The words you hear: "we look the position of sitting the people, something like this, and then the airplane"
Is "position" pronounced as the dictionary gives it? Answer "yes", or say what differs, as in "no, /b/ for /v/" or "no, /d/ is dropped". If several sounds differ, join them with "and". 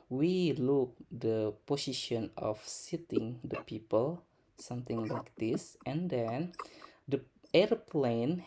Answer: no, /s/ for /z/